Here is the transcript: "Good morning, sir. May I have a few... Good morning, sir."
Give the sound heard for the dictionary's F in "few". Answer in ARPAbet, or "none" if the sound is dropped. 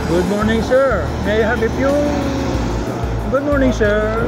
P